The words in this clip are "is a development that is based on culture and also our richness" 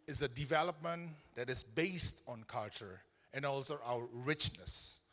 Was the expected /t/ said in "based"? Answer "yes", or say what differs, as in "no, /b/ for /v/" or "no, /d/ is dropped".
yes